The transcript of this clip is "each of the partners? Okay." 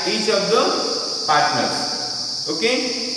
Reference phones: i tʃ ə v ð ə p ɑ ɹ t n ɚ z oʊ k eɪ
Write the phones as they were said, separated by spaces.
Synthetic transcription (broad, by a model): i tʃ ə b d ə p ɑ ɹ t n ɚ oʊ k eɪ